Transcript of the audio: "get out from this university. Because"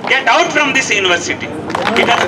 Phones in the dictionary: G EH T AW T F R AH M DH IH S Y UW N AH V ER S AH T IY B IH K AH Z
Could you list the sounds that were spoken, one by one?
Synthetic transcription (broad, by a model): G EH T AW T F R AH M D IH S Y UW N AH V ER S AH T IY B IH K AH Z